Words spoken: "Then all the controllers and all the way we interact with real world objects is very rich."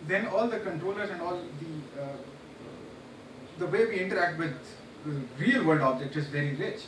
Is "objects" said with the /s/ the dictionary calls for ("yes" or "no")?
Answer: no